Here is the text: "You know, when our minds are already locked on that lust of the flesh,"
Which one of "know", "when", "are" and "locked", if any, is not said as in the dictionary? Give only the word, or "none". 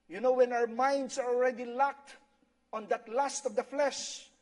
none